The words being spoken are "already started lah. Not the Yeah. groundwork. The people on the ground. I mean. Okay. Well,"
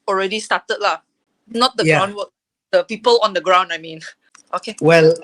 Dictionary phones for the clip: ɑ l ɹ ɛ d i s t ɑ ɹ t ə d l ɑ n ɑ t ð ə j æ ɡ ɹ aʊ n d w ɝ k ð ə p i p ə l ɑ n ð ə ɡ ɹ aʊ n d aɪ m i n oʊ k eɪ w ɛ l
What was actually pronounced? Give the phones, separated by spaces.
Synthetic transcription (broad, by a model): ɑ l ɹ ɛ d i s t ɑ t ə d l ɑ n ɑ t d ə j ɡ aʊ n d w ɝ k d ə p i p ə l ɑ n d ə ɡ ɹ aʊ n d aɪ m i n oʊ k eɪ w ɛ l